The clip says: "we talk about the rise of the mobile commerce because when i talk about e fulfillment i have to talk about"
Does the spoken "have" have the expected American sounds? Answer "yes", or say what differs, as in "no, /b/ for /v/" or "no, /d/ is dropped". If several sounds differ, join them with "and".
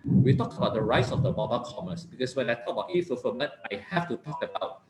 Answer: no, /f/ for /v/